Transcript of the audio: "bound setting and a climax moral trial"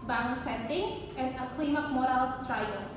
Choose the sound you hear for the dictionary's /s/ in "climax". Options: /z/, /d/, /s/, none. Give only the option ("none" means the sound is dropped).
none